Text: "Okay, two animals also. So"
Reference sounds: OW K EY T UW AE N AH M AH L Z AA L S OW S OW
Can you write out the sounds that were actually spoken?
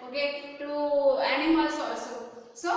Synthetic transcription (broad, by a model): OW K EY T UW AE N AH M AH L S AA S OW S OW